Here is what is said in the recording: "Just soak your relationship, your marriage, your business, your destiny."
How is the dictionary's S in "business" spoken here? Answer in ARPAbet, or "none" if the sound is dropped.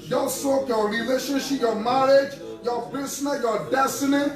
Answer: none